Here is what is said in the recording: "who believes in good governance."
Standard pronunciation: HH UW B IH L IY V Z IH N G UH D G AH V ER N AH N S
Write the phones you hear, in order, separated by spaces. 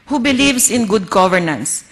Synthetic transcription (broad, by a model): HH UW B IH L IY V S IH N G UH D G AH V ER N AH N S